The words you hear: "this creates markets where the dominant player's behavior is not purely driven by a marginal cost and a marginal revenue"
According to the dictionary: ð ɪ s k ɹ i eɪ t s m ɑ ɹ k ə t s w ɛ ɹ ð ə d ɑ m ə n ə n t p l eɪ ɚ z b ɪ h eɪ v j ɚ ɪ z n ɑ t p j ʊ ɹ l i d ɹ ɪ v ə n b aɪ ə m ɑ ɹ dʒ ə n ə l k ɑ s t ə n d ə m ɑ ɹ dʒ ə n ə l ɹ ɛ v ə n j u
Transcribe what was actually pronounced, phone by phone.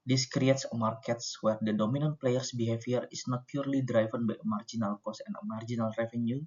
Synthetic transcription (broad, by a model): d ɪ s k ɹ i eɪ t s m ɑ ɹ k ə t s w ɛ ɹ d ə d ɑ m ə n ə n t p l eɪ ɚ s b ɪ h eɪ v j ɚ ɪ s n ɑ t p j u ɹ l i d ɹ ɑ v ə n b aɪ ə m ɑ ɹ dʒ ə n ə l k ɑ s ə n ə m ɑ ɹ dʒ ə n ə l ɹ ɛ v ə n j u